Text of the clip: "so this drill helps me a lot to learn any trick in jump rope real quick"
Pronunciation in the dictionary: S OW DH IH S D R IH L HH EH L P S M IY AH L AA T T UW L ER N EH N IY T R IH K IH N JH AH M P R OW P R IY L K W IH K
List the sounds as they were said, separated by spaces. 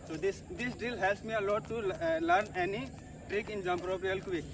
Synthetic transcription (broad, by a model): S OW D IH S D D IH L HH EH L P S M IY AH L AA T T UW L ER N EH N IY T R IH K IH N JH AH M P R OW P R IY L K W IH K